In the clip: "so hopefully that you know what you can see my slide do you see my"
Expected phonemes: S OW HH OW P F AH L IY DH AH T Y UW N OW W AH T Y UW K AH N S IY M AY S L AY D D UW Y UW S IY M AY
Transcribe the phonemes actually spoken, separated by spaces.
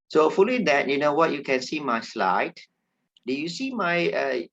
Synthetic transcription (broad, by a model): S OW OW F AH L IY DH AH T Y UW N OW W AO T Y UW K AH N S IY M AY S L AY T D UW Y UW S IY M AY